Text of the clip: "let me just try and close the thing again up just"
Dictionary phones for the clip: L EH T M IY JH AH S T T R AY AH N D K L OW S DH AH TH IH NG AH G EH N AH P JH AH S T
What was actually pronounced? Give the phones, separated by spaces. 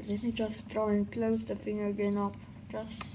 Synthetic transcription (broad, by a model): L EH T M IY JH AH S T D R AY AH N K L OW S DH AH F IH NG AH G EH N AH P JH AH S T